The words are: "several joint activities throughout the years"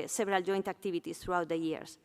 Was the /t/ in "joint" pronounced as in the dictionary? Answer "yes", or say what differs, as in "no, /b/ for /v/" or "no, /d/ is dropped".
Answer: yes